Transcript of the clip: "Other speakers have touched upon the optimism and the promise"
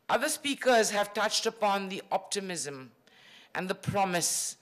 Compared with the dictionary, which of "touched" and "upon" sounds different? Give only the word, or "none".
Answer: none